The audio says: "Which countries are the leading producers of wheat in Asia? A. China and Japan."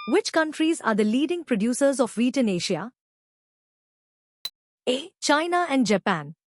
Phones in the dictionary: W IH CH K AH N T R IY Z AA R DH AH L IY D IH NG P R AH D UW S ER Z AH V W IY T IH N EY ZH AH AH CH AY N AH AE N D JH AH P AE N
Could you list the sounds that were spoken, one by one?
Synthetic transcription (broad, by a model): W IH CH K AH N T R IY Z AA R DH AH L IY D IH NG P R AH D UW S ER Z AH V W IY T IH N EY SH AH AH CH AY N AH AE N D JH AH P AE N